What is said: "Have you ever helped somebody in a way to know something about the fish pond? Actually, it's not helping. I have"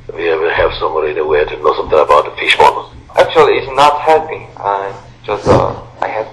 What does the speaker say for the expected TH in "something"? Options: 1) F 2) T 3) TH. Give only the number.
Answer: 3